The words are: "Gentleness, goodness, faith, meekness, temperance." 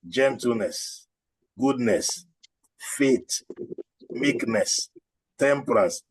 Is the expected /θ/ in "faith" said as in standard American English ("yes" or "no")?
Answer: no